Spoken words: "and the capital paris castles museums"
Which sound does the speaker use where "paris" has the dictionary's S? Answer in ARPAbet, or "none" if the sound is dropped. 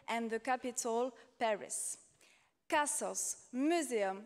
S